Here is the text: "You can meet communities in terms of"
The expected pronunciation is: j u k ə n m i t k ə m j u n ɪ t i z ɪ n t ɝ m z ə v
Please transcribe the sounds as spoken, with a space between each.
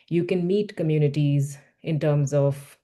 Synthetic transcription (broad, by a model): j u k ə n m i t k ə m j u n ɪ t i z ɪ n t ɝ m z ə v